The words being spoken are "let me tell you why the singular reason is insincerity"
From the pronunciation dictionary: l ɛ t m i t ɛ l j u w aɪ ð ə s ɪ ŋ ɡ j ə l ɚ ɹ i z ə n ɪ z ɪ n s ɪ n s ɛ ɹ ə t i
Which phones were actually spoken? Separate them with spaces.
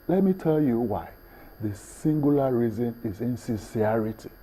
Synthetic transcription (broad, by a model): l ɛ t m i t ɛ l j u w aɪ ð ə s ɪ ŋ ɡ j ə l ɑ ɹ i z ə n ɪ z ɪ n s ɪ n s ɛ ɹ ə t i